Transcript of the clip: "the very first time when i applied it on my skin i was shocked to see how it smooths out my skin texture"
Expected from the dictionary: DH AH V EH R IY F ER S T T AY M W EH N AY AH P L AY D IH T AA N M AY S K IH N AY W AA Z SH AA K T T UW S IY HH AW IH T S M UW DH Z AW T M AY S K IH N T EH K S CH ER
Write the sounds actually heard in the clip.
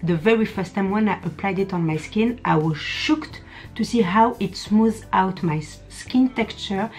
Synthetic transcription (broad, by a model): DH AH V EH R IY F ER S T T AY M W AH N AY AH P L AY D IH T AA N M AY S K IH N AY W AA Z SH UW K T T UW S IY HH AW IH T S M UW Z AW T M AY S K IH N T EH K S CH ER